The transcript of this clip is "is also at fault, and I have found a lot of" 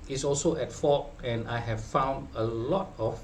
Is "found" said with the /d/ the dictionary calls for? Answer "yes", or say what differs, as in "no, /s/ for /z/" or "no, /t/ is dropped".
yes